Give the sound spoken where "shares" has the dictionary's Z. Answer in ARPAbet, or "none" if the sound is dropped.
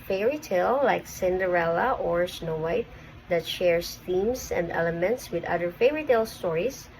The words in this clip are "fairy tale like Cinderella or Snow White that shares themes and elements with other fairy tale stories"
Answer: S